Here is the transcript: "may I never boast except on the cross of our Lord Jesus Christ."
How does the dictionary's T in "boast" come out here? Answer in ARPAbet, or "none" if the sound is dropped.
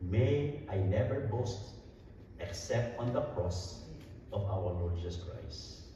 T